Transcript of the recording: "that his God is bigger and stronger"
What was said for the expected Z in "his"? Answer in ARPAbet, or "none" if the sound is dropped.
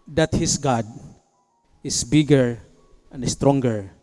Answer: S